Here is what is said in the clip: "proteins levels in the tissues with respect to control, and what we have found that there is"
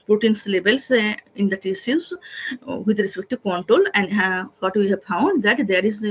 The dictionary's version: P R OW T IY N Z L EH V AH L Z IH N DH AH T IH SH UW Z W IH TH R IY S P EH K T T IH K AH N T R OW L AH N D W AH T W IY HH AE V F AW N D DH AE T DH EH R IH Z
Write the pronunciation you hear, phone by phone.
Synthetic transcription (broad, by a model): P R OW T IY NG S L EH B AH L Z IH N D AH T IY S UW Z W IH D R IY S P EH K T T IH K AH N T R OW L AH N D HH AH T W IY HH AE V F AW N D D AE T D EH R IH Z